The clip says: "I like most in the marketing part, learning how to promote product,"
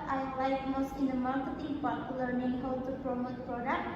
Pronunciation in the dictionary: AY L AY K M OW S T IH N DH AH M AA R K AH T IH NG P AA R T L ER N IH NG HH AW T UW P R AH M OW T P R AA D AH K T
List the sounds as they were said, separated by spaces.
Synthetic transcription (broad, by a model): AY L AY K M OW S T IH N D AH M AA R K AH T IH NG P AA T L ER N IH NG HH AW T UW P R AH M OW T P R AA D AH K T